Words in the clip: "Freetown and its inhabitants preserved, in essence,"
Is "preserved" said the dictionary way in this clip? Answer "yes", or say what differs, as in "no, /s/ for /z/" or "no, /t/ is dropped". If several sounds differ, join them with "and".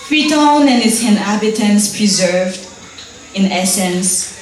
yes